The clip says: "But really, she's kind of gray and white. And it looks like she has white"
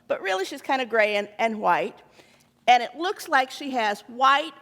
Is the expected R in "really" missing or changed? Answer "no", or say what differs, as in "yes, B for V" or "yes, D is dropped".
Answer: no